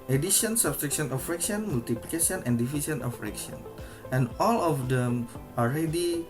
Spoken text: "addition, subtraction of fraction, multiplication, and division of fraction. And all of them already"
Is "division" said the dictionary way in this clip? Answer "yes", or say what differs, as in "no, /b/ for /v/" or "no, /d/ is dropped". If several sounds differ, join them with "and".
no, /s/ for /ʒ/